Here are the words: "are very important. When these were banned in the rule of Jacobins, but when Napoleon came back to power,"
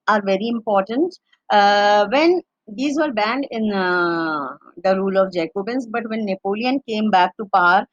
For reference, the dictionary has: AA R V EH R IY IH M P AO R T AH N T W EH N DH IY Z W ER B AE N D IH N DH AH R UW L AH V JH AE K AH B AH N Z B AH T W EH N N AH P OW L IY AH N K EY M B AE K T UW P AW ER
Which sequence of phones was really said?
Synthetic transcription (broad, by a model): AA R V EH R IY IH M P AO R T AH N T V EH N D IY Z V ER B AE N D IH N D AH R UW L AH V JH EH K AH B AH N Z B AH T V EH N N AH P OW L IY AH N K EY M B AE K T UW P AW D